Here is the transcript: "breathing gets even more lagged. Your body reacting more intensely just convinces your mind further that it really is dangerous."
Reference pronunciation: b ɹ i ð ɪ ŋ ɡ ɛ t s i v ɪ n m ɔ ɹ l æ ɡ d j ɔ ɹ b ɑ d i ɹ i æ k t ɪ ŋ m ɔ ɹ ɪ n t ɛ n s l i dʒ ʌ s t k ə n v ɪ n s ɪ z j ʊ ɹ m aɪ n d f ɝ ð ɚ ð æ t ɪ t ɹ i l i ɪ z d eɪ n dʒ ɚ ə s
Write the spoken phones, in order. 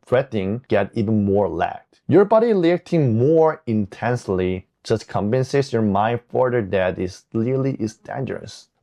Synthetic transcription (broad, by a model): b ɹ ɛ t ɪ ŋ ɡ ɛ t i v ɪ n m ɔ ɹ l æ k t j ɔ ɹ b ɑ d i l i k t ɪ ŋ m ɔ ɹ ɪ n t ɛ n s l i dʒ ʌ s t k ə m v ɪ n s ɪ s j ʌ ɹ m aɪ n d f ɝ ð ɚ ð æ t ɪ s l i l i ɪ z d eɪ n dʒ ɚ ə s